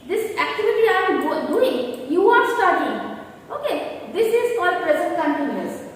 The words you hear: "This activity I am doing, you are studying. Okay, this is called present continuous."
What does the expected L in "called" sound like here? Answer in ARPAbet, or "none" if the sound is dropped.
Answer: none